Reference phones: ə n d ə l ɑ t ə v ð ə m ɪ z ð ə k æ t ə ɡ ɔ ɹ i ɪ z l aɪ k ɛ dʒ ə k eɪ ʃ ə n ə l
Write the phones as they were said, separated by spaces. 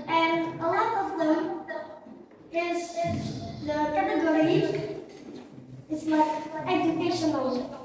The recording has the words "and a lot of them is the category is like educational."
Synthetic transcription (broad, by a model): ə n ə l ɑ t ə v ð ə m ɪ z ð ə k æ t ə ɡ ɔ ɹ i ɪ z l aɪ ɛ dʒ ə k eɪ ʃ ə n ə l